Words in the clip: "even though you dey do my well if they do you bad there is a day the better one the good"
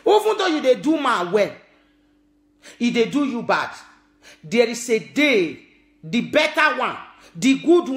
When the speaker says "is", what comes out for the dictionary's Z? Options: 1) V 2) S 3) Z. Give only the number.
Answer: 2